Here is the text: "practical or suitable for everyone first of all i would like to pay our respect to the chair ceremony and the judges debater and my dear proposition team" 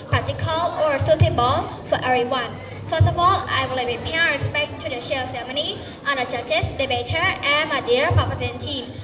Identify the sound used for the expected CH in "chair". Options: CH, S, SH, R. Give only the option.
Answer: SH